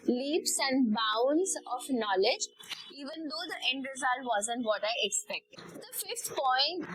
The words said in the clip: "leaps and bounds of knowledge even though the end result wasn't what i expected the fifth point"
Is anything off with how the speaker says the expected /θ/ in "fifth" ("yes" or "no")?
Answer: yes